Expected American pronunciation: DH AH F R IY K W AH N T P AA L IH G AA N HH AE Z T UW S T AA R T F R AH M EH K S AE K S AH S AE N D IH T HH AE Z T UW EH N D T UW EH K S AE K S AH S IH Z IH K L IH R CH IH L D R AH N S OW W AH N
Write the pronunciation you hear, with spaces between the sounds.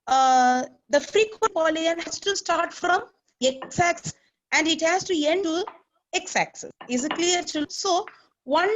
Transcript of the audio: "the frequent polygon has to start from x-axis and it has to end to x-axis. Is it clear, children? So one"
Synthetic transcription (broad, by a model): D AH F R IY K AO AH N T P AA L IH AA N HH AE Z T UW S T AA R T F R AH M EH K S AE K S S AE N D IH T HH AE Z T UW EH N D T UW EH K S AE K S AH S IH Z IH K L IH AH D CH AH L S OW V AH N